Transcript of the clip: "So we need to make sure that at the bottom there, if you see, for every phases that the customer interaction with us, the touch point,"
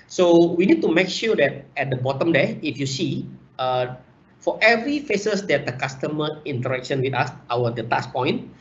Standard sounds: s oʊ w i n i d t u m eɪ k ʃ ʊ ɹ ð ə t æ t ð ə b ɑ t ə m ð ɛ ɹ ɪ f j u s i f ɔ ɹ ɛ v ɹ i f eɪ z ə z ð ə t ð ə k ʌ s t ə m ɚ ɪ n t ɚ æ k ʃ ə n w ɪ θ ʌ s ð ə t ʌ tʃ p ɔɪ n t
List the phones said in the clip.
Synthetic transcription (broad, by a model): s oʊ w i n i d t u m eɪ k ʃ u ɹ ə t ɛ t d ə b ɑ t ə m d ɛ ɪ f j u s i f ɔ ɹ ɛ v ɹ i f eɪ s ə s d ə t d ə k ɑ s t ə m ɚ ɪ n t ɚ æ k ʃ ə n w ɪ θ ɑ s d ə t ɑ s p ɔɪ n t